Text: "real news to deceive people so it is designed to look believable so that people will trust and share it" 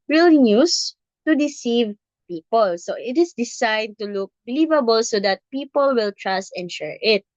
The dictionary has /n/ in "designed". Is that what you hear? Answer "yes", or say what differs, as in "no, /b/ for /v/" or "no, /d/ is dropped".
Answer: no, /n/ is dropped